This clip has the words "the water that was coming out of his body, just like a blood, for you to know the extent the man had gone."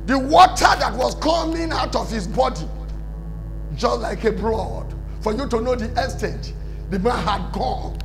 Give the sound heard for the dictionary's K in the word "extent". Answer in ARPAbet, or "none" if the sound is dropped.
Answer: none